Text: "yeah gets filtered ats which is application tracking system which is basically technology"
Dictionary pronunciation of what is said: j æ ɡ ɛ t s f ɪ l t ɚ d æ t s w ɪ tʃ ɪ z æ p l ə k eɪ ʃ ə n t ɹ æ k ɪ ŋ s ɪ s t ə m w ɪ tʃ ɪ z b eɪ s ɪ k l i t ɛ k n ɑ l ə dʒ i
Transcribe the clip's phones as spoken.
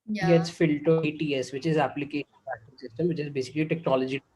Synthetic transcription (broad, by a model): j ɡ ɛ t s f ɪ l t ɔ ɛ t s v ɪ tʃ ɪ z æ p l ə k eɪ ʃ ə n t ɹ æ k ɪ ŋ s ɪ s t ə m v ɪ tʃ ɪ z b eɪ s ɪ k l i t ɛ k n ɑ l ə dʒ i